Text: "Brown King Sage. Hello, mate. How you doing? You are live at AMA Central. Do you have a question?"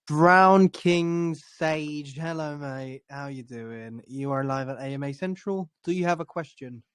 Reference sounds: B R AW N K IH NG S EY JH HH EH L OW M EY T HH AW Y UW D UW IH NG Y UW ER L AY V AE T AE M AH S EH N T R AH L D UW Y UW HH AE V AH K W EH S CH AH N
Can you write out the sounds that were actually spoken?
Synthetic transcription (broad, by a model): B R AW N K IH NG S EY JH HH EH L OW M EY HH AW Y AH D UW IH NG Y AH ER L AY V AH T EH M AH S EH N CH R AH L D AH Y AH V AH K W EH S CH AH N